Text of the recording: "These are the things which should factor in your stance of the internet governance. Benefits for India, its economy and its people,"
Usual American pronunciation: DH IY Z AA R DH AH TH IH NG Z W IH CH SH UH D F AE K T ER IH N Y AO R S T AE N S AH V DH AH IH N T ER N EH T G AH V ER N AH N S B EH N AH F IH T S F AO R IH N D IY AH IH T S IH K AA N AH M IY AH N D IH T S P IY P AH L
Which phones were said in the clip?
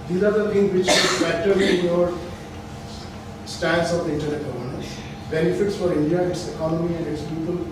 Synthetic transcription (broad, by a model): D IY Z AA R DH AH T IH NG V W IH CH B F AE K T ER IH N Y AO R S T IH L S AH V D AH IH N T ER N EH T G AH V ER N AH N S B EH N AH F IH T S F AO R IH N D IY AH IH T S IH K AA N AH M IY AH N D IH T S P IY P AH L